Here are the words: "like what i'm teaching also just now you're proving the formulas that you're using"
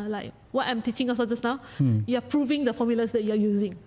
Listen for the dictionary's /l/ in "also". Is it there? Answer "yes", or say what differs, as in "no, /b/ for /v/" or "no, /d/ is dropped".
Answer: no, /l/ is dropped